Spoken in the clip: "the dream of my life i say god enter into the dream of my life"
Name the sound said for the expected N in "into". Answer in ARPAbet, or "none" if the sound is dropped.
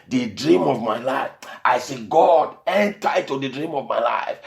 none